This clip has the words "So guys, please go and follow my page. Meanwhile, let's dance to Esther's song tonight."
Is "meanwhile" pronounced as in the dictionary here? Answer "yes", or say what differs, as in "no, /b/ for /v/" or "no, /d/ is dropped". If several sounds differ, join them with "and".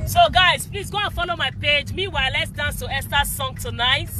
no, /n/ is dropped